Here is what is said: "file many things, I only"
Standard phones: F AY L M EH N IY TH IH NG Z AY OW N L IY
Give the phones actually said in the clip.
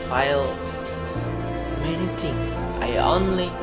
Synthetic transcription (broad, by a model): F AY L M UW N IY T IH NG AY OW N L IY